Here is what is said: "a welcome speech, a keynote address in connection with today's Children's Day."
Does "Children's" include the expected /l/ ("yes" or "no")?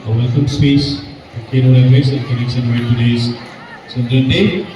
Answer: no